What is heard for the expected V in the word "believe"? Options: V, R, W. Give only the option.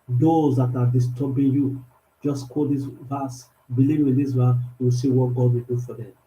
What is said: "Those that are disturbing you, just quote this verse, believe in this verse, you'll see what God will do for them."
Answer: W